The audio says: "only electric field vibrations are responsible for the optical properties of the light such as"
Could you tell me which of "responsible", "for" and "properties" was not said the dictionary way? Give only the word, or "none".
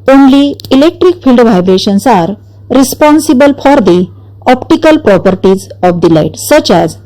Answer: none